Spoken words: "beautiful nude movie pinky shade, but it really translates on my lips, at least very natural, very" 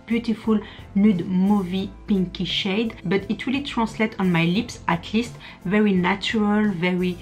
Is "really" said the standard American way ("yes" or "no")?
no